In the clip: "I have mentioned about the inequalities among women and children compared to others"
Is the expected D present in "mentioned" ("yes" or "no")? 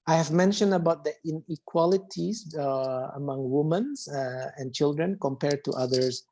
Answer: yes